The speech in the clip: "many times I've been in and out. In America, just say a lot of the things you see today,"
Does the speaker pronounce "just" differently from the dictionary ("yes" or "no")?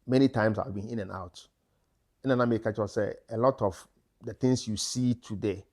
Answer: yes